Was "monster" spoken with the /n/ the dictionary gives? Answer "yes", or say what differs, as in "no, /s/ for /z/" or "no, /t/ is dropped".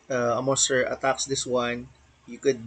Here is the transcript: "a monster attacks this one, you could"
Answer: no, /n/ is dropped